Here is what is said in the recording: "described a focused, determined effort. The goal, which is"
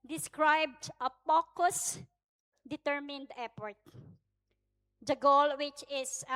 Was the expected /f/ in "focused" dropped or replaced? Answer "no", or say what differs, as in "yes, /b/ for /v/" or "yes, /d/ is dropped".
yes, /p/ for /f/